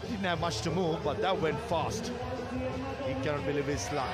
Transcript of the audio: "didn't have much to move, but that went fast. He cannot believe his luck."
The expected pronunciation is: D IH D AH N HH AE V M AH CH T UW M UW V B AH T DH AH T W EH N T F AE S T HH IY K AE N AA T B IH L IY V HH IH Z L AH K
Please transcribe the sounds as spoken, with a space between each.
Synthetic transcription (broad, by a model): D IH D N HH AE V M AH CH T UW M UW V B AH T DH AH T W EH N T F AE S T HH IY K AE N AA T B IH L IY V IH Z L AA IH